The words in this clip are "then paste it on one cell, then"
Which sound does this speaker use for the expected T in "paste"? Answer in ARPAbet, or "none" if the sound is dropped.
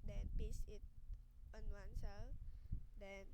none